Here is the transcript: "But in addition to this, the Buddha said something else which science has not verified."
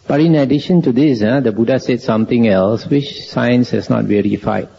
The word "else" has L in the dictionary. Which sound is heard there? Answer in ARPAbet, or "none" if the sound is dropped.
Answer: L